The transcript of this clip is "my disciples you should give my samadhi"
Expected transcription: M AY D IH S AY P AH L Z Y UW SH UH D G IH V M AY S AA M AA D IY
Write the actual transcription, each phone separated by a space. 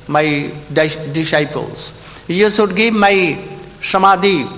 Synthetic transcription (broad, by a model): M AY D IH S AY P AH L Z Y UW S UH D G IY M AY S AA M AA D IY